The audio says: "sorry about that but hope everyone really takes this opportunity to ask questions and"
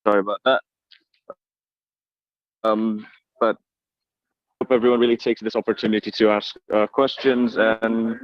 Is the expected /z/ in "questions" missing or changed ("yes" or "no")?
no